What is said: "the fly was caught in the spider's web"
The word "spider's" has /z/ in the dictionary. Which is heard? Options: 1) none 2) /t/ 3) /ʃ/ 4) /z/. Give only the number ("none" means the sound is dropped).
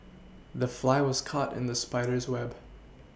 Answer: 4